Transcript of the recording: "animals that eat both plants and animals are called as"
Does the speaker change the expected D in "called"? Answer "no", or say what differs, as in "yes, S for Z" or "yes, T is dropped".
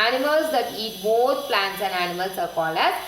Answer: yes, D is dropped